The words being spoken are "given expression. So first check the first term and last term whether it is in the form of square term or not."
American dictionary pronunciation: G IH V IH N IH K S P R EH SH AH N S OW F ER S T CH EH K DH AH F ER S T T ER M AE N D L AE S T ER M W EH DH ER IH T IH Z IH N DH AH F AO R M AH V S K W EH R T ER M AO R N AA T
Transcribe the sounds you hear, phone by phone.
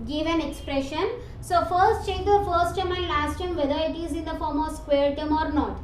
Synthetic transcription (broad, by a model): G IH V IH N IH K S P R EH SH AH N S OW F ER S T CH EH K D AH F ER S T T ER M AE N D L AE S T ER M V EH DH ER IH T IH Z IH N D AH F AO R M AH V S K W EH R T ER M AO R N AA T